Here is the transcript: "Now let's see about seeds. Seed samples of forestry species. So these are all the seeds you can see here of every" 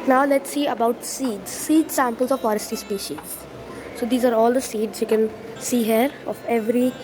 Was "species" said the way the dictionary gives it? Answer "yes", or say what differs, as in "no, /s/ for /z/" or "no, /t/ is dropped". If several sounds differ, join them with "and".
yes